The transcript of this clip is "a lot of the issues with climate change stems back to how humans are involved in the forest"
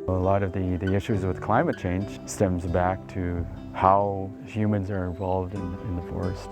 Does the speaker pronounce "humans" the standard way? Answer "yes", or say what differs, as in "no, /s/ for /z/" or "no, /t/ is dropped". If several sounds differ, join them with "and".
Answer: yes